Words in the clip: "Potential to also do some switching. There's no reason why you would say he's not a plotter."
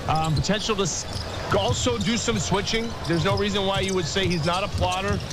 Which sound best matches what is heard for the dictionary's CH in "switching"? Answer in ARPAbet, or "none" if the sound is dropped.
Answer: CH